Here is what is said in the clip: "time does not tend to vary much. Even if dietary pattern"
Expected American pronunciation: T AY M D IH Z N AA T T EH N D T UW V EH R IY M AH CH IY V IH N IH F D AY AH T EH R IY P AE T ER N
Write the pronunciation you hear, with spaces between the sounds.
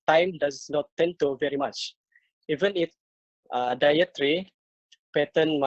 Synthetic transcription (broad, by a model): T AY M D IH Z N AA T T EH N T UW V EH R IY M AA CH IY V IH N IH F D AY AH T R IY P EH T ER N